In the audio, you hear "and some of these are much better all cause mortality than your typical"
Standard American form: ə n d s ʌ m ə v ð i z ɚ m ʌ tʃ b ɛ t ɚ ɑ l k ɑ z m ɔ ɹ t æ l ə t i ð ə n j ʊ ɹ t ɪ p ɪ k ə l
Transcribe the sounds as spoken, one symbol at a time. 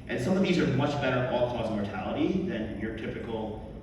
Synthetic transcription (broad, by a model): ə n s ʌ m ə v ð i z ɚ m ʌ tʃ b ɛ t ɚ ɑ l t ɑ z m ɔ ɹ t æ l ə t i ð ə n j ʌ ɹ t ɪ p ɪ k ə l